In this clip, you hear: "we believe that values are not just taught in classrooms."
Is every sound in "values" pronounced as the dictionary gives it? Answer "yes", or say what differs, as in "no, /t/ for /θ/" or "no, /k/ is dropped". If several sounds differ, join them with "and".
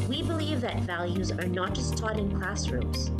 yes